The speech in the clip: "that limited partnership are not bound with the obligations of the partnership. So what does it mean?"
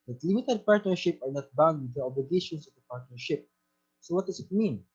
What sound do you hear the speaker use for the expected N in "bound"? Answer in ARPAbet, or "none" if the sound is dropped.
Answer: N